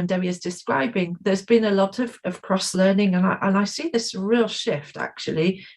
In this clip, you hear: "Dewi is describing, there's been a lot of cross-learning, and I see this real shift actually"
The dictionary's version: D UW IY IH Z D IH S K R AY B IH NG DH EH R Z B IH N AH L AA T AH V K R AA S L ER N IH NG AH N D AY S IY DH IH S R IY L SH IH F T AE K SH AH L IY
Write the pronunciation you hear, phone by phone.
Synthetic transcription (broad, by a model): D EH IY IH Z D IH S K R AY B IH NG DH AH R Z B IH N AH L AA T AH V K R AA S L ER N IH NG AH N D AY S IY DH IH S R IY L SH IH F T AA K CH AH L IY